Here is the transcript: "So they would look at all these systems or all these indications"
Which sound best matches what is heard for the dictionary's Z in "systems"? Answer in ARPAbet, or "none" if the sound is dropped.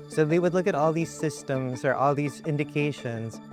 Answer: Z